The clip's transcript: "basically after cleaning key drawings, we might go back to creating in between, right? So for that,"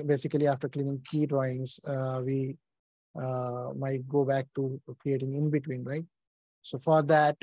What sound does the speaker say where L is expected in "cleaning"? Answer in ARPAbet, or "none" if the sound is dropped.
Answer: L